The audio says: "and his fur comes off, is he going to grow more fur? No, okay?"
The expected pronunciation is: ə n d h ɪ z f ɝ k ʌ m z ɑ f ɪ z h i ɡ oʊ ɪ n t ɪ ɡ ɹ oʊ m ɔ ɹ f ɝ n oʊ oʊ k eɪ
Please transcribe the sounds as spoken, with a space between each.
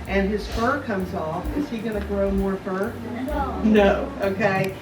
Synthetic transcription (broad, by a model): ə n ɪ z f ɝ k ʌ m z ɑ f ɪ z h i ɡ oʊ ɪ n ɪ ɡ ɹ oʊ m ɔ ɹ f ɝ n oʊ oʊ k eɪ